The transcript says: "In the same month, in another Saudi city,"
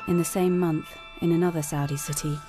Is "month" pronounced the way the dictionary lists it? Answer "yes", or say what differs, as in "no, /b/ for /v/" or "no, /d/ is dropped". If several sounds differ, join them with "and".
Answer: yes